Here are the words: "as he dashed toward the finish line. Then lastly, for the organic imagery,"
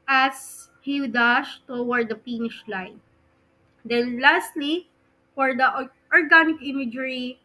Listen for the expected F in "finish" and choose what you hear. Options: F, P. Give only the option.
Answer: P